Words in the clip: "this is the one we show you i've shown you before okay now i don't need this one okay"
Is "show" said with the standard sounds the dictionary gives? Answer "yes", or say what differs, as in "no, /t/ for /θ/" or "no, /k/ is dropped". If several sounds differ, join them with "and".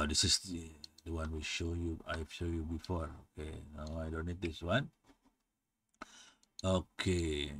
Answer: yes